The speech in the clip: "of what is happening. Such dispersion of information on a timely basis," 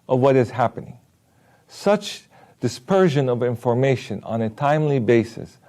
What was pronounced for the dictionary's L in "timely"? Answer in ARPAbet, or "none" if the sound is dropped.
L